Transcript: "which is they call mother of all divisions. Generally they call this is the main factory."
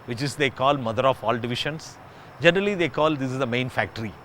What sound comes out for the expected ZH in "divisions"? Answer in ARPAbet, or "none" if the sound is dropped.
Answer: SH